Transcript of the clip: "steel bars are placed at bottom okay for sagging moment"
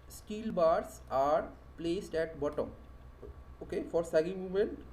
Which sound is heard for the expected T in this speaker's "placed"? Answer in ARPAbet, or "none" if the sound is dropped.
T